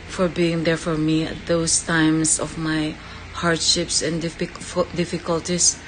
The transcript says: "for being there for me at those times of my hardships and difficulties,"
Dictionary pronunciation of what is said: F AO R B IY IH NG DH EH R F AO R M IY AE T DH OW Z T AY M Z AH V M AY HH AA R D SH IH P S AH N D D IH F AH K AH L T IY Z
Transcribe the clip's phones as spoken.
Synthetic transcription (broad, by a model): F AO R B IY IH NG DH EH R F AO R M IY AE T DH OW S T AY M S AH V M AY HH AA R D SH IH P S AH N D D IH F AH K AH L T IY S